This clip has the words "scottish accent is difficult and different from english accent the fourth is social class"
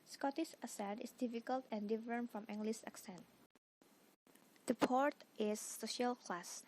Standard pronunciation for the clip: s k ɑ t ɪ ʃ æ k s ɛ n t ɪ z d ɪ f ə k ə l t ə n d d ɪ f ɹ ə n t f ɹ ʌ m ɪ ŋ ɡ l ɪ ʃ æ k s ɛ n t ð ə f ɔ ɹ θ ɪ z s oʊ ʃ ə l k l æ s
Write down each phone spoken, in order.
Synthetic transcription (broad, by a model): s k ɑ t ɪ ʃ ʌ s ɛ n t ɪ s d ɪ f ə k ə l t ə n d d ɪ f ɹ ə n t f ɹ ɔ m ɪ ŋ ɡ l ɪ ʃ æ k s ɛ n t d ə p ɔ ɹ t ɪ s oʊ ʃ ə l k l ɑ s